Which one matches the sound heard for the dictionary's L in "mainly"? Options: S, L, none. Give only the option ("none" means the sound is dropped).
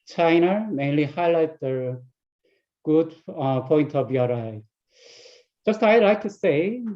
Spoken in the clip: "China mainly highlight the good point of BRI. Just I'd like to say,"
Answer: L